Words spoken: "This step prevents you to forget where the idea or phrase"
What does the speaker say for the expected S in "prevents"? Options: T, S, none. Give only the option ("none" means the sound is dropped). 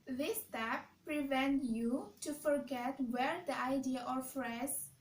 none